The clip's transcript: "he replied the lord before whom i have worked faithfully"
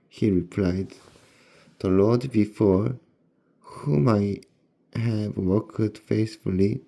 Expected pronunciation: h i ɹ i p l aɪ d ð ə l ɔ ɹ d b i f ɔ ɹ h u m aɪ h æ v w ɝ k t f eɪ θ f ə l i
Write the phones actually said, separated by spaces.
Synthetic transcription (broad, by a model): h i ɹ i p l aɪ d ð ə l ɔ d b i f ɔ ɹ h u m aɪ h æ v w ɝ k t f eɪ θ f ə l i